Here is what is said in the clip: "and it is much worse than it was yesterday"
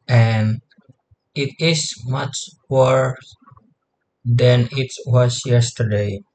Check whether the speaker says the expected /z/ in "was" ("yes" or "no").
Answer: no